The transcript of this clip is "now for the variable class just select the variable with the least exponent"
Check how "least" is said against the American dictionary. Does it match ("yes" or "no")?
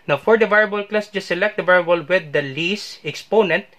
no